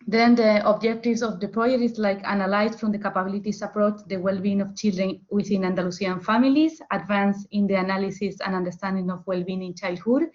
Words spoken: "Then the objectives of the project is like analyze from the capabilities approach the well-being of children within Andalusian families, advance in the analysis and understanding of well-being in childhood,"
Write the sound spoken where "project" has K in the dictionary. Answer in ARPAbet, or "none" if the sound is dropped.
none